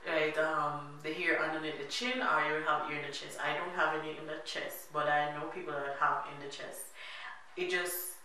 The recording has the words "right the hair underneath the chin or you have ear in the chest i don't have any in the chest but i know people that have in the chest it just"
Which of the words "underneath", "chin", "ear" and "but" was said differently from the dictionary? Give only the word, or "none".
underneath